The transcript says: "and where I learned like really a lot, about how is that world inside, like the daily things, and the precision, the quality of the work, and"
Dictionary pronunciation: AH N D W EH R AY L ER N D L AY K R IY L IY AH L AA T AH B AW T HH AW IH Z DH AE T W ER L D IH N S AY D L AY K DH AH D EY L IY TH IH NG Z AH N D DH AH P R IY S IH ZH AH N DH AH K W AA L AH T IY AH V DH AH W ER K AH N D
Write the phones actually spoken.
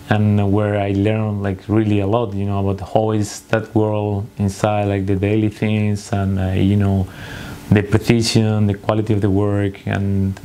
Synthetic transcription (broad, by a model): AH N W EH R AY L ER N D L AY K R IY L IY AH L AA T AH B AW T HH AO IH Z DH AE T W ER L D IH N S AY D L AY K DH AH D EY L IY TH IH NG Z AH N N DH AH P R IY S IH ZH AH N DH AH K W AA L AH T IY AH V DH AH W ER K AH N